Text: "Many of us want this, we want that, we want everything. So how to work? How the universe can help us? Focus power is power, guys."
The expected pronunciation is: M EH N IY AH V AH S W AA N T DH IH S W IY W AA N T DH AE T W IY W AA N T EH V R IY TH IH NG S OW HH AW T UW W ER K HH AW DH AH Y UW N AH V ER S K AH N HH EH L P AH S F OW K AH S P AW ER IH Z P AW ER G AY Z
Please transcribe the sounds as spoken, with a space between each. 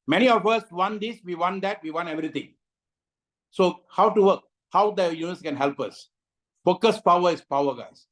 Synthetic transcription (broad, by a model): M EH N IY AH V AH S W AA N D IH S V IY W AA N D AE T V IY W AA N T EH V R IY T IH NG S OW HH AW T UW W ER K HH AW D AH Y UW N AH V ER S K AH N HH EH L P AH S F OW K AH S P AW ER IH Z P AW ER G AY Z